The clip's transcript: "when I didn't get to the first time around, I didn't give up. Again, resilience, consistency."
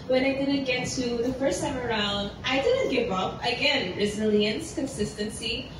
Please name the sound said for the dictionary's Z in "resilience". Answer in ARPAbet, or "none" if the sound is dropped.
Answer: Z